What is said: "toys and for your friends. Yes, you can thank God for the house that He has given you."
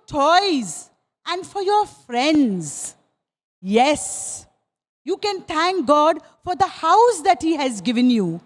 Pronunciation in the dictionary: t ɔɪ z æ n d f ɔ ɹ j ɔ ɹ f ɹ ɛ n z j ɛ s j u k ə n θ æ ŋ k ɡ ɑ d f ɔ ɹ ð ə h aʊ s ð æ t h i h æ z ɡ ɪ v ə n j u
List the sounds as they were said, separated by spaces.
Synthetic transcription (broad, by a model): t ɔɪ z æ n d f ɔ ɹ j ɔ ɹ f ɹ ɛ n z j ɛ s j u k ə n t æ ŋ k ɡ ɑ d f ɔ ɹ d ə h aʊ s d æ t h i h æ z ɡ ɪ v ə n j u